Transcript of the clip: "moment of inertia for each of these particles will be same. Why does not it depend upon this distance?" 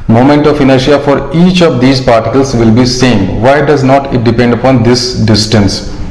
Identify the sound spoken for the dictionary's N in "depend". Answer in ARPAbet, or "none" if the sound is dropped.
N